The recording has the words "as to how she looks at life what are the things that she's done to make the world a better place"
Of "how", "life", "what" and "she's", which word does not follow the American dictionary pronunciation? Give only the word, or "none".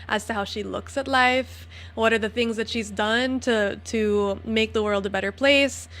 none